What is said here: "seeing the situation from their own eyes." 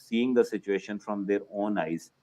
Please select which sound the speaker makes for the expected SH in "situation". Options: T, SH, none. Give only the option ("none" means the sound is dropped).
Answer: SH